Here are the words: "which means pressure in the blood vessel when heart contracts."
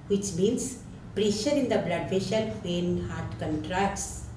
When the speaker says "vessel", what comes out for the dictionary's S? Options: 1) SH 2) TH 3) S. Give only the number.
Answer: 1